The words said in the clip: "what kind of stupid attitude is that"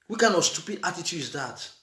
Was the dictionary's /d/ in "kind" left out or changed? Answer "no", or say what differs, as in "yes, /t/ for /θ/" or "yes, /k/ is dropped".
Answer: yes, /d/ is dropped